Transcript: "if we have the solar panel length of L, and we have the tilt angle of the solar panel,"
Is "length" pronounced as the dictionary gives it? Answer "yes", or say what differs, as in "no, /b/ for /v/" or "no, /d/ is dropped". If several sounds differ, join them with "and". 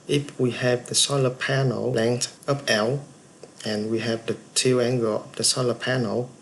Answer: no, /t/ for /θ/